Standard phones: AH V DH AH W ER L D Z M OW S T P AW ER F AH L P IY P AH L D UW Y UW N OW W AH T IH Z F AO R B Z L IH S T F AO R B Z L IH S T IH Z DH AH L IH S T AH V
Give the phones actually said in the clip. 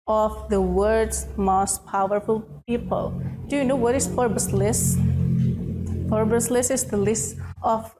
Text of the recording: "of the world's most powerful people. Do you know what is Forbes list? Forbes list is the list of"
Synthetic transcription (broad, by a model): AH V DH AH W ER D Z M OW S T P AW ER F AH L P IY P AH L D UW Y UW N OW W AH T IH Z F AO R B S L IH S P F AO R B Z L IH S IH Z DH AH L IH S T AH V